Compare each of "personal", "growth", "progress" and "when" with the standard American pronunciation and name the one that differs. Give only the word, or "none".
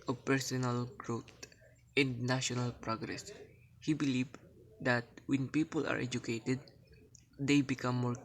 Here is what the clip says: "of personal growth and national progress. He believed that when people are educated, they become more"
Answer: growth